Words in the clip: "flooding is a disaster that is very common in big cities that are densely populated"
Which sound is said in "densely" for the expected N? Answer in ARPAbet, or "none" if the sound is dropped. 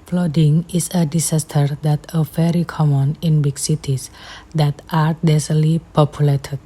none